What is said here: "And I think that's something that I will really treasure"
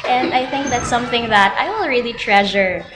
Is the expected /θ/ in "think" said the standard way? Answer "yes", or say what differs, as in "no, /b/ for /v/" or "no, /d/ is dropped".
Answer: yes